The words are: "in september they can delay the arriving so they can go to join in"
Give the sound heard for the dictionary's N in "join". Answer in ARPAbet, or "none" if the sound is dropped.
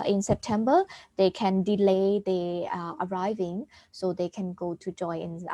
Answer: none